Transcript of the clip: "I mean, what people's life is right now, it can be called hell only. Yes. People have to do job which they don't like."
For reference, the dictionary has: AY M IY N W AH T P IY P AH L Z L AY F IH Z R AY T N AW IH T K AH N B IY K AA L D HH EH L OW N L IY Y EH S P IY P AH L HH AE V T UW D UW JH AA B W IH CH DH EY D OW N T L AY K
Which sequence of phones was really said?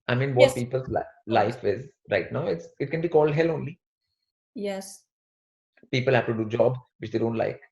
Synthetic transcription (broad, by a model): AY M IY N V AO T P IY P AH L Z L AY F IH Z R AY T N AW IH T K AH N B IY K AA L D HH EH L OW N L IY Y EH S P IY P AH L HH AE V T UW D UW JH AA B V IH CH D EY D OW N T L AY K